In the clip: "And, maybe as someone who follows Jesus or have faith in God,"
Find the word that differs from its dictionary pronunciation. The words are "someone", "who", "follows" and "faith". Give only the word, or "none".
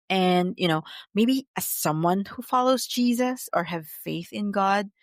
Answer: none